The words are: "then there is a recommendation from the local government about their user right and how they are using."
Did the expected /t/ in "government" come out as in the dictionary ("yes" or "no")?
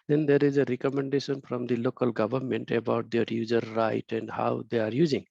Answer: yes